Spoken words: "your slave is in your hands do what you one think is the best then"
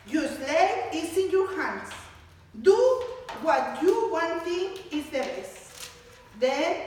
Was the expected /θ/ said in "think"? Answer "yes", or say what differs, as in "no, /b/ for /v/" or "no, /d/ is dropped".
no, /t/ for /θ/